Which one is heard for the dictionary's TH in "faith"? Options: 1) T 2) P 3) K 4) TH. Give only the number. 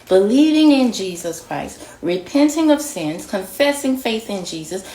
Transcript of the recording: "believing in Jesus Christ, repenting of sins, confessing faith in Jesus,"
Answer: 4